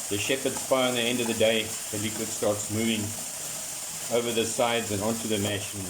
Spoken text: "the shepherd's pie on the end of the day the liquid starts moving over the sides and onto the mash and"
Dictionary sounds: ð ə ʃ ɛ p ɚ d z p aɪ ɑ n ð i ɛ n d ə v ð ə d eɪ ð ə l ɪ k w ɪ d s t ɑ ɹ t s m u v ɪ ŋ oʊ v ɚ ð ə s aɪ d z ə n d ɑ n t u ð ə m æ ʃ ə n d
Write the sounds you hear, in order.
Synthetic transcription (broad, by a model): ð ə ʃ ɛ p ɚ d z f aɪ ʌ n ð i ɛ n d ə v ð ə d eɪ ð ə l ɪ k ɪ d s t ɑ ɹ t s m u v ɪ ŋ oʊ v ɚ ð ə s aɪ d z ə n ɑ n t u ð ə m æ ʃ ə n